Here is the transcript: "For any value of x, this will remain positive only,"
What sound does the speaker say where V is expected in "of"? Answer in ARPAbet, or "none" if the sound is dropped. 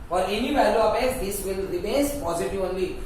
P